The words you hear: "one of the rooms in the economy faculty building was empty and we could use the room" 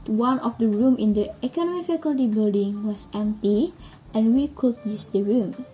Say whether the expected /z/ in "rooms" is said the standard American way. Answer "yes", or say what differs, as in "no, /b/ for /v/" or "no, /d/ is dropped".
no, /z/ is dropped